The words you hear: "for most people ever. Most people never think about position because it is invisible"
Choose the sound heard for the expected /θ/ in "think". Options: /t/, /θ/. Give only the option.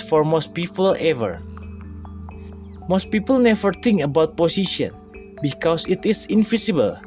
/t/